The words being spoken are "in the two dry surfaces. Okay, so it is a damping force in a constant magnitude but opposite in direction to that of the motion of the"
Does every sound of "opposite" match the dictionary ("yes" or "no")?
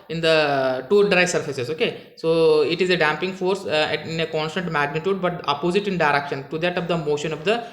yes